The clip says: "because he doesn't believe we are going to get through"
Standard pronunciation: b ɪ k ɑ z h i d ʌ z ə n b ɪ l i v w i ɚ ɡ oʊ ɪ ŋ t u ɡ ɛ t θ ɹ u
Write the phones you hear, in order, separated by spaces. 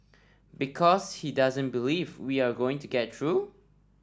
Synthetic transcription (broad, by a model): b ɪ k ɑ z h i d ʌ z ə n b ɪ l i v w i ɚ ɡ oʊ ɪ ŋ t u ɡ ɛ t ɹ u